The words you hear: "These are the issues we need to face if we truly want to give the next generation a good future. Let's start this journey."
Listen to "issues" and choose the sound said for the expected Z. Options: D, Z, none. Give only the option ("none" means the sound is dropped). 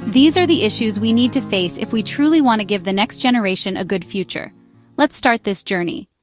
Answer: Z